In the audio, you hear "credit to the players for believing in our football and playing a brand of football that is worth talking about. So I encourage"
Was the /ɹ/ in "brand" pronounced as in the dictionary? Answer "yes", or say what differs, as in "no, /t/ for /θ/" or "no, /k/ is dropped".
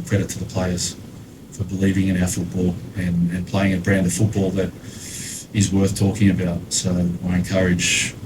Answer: yes